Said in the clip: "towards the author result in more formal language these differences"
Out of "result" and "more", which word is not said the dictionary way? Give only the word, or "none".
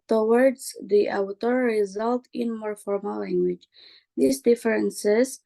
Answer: none